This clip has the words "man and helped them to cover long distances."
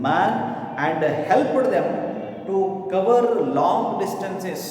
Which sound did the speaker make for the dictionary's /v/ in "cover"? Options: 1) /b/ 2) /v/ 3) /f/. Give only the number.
2